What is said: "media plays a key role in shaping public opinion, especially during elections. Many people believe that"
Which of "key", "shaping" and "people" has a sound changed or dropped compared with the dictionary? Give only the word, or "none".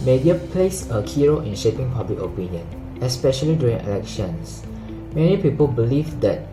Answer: none